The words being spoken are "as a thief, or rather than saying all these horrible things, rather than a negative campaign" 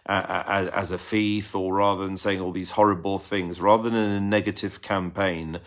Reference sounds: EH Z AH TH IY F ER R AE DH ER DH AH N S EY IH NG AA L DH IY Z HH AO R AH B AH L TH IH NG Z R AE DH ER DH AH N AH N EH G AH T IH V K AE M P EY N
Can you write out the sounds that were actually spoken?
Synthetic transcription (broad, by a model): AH Z AH F IY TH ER R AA DH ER DH AH N S EY IH NG AA L DH IY Z HH AO R AH B AH L TH IH NG Z R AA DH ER DH AH N AH N EH G AH T IH V K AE M P EY N